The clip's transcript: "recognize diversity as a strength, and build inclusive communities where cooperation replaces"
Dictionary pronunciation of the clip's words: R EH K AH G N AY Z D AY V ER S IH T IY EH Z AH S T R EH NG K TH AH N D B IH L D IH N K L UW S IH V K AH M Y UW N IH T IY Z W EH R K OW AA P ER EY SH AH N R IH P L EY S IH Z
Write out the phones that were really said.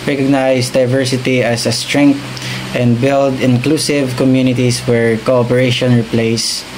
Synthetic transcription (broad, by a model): R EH K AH G N AY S D AY V ER S IH T IY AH S AH S T R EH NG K T AH N D B IH L D IH N K L UW S IH V K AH M Y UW N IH T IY S W EH R K OW AA P ER EY SH AH N R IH P L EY S